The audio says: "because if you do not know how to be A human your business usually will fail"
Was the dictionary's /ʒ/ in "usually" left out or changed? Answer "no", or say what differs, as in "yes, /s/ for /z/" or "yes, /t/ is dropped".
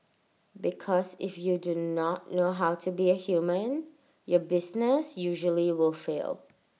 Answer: no